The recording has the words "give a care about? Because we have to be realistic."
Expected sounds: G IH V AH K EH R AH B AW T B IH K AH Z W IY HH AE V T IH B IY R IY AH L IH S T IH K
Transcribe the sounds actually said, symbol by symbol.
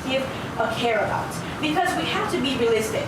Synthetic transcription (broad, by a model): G IH V AH K EH R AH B AW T B IH K AH Z W IY HH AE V T IH B IY R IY L IH S T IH